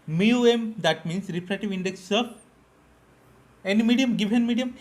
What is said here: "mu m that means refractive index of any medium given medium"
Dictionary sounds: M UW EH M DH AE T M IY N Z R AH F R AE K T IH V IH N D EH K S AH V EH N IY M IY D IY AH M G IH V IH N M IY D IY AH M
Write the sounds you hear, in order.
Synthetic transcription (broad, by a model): M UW EH M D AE T M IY N S R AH P R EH T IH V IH N D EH K S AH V EH N IY M IY D IY AH M G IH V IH N M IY D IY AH M